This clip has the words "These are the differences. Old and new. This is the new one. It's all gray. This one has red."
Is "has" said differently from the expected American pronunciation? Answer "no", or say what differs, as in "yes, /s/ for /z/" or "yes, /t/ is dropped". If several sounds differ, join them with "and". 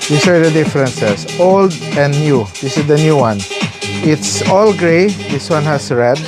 yes, /s/ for /z/